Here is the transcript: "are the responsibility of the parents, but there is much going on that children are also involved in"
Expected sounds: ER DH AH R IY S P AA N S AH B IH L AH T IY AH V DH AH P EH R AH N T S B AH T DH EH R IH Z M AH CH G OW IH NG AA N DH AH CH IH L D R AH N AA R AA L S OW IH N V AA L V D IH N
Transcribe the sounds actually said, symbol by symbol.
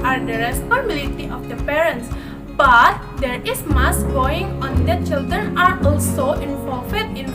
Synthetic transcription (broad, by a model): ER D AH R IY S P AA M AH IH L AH T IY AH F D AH P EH R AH N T S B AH T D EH R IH S M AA S G OW IH NG AA N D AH CH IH L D R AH N AA R AA L S OW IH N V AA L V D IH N